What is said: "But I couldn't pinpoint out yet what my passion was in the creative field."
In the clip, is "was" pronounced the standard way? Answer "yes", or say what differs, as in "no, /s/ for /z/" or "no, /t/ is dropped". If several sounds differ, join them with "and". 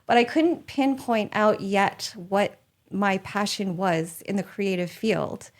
yes